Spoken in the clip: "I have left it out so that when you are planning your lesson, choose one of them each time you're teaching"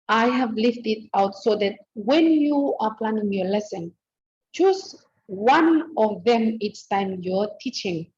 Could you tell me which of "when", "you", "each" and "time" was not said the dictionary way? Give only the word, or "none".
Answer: each